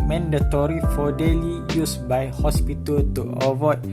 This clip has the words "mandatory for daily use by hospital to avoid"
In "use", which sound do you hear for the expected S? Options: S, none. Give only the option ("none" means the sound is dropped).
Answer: S